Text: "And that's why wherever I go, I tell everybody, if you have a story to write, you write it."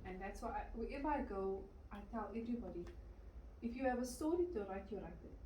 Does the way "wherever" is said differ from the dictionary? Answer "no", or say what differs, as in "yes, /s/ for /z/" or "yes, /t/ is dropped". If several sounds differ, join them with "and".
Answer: yes, /ɹ/ is dropped